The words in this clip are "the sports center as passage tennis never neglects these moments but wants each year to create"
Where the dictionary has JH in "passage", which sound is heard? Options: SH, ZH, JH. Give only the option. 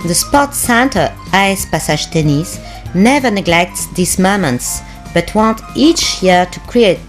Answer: ZH